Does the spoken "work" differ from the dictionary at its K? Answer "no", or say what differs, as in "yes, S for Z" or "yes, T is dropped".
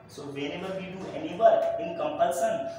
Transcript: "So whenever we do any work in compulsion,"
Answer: yes, K is dropped